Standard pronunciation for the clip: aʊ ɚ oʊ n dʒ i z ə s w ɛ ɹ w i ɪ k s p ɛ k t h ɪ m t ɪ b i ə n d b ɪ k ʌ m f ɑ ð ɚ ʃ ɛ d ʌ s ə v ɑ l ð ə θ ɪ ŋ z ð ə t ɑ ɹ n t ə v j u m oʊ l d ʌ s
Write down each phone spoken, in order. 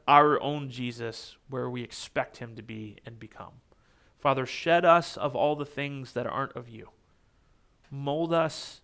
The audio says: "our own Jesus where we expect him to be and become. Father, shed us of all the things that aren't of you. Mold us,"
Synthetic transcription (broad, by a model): aʊ ɚ oʊ n dʒ i z ə s w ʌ ɹ w i ɪ k s p ɛ k t h ɪ m t ɪ b i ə n b ɪ k ʌ m f ɑ ð ɚ ʃ ɛ d ʌ s ə v ɑ l ð ə θ ɪ ŋ z ð ə t ɑ ɹ n t ə v j u m oʊ l d ʌ s